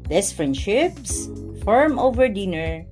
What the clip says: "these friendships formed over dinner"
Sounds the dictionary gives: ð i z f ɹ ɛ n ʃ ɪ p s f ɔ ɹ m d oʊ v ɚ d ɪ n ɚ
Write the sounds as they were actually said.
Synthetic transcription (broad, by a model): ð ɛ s f ɹ ɛ n ʃ ɪ p s f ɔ ɹ m oʊ v ɚ d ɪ n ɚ